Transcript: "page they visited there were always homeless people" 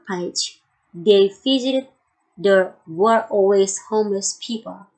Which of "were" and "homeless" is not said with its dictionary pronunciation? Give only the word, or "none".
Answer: none